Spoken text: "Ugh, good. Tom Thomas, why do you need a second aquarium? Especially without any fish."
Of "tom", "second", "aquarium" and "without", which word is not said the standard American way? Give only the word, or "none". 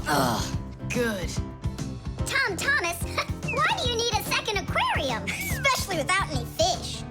none